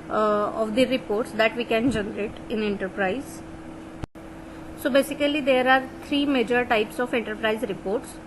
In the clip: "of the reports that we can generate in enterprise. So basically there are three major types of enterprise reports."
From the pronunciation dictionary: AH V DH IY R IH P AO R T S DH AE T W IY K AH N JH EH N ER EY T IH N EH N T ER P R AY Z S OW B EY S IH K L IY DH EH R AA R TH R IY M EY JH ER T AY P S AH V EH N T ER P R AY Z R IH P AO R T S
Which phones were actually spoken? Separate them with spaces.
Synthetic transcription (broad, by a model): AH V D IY R IH P AO R T S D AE T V IY K AH N JH EH N ER EY T IH N EH N T ER P R AY Z S OW B EY S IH K L IY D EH R AA R T R IY M EY JH ER T AY P S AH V EH N T ER P R AY Z R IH P AO R T S